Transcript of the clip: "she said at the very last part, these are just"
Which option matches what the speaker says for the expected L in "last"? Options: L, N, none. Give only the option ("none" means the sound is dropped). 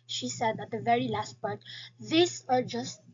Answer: L